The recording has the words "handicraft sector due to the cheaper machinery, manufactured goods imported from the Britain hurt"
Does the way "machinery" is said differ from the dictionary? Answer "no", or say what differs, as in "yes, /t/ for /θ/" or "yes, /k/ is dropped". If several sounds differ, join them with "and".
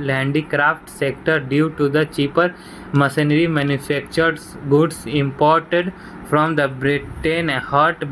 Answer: yes, /s/ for /ʃ/